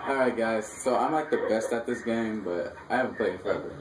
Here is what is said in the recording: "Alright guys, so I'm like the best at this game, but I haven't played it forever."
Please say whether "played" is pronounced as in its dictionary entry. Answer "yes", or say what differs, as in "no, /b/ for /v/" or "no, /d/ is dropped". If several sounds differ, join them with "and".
no, /d/ is dropped